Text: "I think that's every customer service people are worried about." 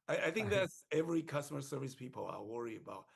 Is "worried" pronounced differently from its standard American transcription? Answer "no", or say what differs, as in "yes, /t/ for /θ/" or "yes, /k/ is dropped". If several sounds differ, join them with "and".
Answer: yes, /d/ is dropped